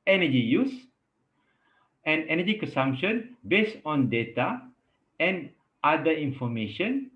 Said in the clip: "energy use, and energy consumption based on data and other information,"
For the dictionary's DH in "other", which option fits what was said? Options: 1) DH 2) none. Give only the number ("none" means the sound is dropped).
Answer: 2